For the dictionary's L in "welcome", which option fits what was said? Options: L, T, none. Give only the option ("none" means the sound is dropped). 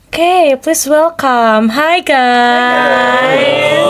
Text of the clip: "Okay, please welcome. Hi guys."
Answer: L